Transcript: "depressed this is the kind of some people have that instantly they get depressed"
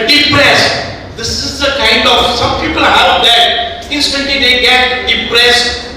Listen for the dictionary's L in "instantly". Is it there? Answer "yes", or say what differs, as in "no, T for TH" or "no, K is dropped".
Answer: no, L is dropped